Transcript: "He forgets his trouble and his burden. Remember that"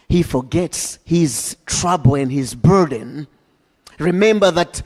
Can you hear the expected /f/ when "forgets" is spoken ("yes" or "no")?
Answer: yes